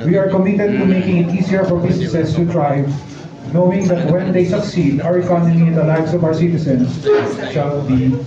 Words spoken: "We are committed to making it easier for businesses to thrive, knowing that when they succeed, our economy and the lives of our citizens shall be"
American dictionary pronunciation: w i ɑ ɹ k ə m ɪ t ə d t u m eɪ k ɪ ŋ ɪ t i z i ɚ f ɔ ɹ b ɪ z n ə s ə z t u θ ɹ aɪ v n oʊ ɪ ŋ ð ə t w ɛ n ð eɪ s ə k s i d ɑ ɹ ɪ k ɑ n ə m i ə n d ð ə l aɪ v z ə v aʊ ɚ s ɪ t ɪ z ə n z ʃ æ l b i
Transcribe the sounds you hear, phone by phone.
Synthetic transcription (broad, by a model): w i ɑ ɹ k ə m ɪ t ə d t u m eɪ k ɪ ŋ ɪ t i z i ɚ f ɔ ɹ b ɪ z n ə s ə s t u t ɹ aɪ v n oʊ ɪ ŋ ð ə t w ɛ n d eɪ s ə k s i d ɑ ɹ ɪ k ɑ n ə m i ə n d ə l aɪ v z ə v aʊ ɚ s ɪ t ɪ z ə n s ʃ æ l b i